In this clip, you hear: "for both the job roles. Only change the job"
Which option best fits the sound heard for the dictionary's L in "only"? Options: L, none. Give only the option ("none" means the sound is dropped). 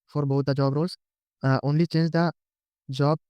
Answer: L